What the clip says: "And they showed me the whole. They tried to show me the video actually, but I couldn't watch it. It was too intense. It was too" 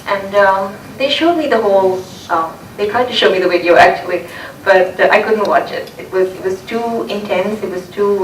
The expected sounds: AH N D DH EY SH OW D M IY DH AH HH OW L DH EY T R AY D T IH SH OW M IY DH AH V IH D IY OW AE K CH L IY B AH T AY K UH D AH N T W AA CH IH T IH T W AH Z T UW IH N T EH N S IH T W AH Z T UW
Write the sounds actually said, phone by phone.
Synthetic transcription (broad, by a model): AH N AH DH EY SH OW D M IY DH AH HH OW L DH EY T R AY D T IH SH OW M IY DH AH W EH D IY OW AE K CH L IY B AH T AY K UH D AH N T W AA CH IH T IH T W AH Z T UW IH N T EH N S IH T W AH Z T UW